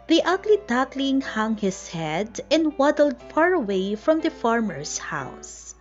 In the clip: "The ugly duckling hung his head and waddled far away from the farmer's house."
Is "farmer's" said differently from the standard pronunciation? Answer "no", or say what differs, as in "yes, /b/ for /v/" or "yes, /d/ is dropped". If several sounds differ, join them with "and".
yes, /s/ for /z/